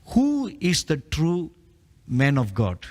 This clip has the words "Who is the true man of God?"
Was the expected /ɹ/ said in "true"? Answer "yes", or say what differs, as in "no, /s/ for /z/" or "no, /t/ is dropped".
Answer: yes